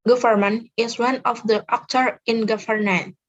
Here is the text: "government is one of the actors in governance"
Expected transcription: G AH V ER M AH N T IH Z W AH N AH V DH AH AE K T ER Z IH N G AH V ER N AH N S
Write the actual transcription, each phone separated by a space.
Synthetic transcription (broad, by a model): G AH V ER M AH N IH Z W AH N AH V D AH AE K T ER IH N G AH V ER N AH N